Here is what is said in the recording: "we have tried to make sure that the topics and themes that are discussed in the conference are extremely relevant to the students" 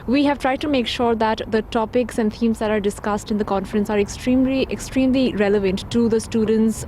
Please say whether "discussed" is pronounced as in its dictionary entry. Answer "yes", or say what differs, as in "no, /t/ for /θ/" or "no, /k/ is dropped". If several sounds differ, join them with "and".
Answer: yes